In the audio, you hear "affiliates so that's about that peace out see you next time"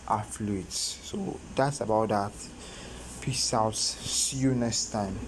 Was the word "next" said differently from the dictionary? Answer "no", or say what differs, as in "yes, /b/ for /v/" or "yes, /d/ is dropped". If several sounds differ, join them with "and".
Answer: yes, /k/ is dropped